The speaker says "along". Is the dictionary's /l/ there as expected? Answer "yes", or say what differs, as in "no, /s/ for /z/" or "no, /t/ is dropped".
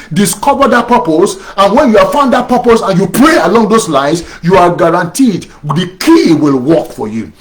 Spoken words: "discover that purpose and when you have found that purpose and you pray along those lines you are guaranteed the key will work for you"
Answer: yes